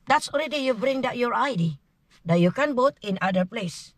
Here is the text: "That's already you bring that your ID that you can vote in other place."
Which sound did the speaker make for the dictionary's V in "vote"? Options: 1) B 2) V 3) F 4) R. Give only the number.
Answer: 1